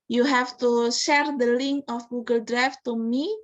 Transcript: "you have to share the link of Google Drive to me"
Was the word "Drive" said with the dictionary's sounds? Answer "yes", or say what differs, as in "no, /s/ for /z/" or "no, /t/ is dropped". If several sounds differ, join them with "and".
no, /f/ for /v/